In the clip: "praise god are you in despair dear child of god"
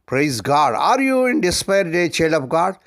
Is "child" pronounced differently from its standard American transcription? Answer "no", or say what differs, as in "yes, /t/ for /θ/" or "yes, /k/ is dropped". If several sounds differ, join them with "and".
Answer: yes, /d/ is dropped